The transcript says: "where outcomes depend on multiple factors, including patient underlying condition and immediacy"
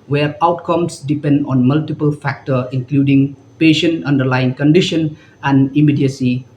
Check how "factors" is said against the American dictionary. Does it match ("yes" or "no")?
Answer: no